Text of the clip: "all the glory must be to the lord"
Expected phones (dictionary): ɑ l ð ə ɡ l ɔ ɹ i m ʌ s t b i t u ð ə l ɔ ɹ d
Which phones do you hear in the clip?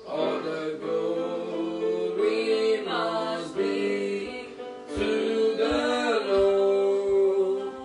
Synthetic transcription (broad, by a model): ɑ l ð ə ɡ ɔ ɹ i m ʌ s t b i t u ð ə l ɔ